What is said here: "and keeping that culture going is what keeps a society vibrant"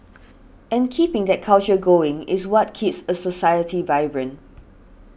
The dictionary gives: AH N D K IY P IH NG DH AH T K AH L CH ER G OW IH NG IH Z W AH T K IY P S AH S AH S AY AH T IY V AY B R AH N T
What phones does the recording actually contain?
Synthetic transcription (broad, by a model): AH N K IY P IH NG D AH T K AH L CH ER G OW IH NG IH S W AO T K IY P S AH S AH S AY AH T IY V AY B R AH N